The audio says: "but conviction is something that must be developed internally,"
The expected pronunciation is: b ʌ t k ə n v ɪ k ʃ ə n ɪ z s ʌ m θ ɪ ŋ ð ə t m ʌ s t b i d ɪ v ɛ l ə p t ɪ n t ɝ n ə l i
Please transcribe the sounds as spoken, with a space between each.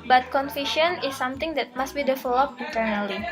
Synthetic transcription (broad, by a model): b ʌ t k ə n f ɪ ʃ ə n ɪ s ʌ m t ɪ ŋ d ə t m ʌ s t b i d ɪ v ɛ l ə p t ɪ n t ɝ n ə l i